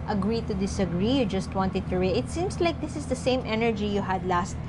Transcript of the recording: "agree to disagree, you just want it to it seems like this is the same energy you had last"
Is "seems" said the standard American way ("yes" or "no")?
no